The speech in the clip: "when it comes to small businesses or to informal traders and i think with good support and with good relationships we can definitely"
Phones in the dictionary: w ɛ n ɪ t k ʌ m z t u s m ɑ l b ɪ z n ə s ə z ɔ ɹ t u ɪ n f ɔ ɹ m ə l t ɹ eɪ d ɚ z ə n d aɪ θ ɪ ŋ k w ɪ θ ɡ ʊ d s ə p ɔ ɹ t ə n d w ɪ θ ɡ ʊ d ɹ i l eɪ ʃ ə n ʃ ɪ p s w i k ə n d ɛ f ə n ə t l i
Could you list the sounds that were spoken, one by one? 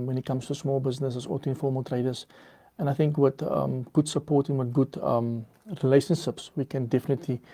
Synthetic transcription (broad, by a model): w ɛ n ɪ t k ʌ m s t u s m ɑ l b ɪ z n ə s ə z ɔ l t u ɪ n f ɔ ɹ m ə l t ɹ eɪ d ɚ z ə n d aɪ θ ɪ ŋ k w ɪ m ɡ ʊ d s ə p ɔ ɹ t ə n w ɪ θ ɡ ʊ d ɹ i l eɪ ʃ ə n ʃ ɪ p s w i k ə n d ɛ f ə n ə t l i